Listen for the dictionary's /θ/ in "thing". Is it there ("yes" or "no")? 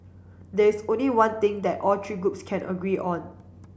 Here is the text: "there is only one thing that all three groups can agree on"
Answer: no